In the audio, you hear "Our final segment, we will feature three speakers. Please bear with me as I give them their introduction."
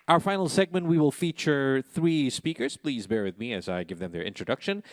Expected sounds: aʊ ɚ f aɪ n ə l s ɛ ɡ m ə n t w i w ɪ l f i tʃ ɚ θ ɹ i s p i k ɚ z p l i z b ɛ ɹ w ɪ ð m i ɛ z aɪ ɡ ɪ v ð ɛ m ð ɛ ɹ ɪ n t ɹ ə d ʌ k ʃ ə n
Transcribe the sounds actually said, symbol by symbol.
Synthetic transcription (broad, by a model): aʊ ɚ f aɪ n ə l s ɛ ɡ m ə n t w i w ɪ l f i tʃ ɚ θ ɹ i s p i k ɚ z p l i z b ɛ ɹ w ɪ ð m i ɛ z aɪ ɡ ɪ v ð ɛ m ð ɛ ɹ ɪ n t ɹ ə d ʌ k ʃ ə n